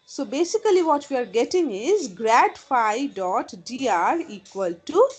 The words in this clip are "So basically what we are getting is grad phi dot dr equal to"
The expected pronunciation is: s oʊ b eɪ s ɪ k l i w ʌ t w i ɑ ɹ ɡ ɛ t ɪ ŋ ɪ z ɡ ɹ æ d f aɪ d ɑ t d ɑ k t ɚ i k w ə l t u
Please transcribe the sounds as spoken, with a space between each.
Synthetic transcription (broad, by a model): s oʊ b eɪ s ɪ k l i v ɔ t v i ɑ ɹ ɡ ɛ t ɪ ŋ ɪ z ɡ ɹ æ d f aɪ d ɑ t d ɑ t i k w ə l t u